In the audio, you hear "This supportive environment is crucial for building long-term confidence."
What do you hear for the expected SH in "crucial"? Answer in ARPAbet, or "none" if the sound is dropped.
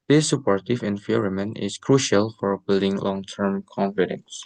SH